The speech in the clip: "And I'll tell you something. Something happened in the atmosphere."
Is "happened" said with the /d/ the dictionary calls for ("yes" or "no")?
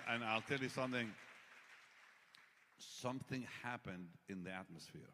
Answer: yes